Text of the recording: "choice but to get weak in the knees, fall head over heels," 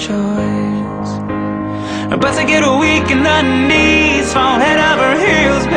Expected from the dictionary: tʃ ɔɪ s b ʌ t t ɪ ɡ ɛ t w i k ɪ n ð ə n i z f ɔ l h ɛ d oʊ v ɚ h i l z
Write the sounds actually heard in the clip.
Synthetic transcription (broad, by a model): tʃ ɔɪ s b ʌ t s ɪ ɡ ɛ t w i k ɪ n ð ə n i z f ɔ n h ɛ d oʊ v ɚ h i l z